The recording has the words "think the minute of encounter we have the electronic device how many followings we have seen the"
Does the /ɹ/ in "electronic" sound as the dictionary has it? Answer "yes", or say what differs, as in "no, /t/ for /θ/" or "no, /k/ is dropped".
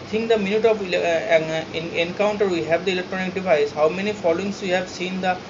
yes